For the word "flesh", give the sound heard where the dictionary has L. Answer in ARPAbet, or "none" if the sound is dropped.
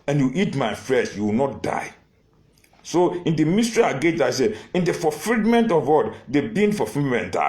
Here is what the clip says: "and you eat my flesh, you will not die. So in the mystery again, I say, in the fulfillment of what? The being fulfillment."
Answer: none